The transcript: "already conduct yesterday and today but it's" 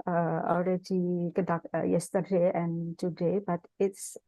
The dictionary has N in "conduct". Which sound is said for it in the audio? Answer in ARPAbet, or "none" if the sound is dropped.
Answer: none